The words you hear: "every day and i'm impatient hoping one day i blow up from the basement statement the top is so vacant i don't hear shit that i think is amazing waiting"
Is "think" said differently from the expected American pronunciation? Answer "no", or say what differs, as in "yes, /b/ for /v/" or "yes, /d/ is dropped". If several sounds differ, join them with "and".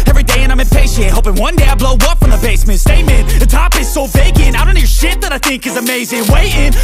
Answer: no